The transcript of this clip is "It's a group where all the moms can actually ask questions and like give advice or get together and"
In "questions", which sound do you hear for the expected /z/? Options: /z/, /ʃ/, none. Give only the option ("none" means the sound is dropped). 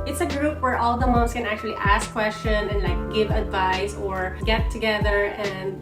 none